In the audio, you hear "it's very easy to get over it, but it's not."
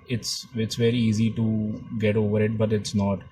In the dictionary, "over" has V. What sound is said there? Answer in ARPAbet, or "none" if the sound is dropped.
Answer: V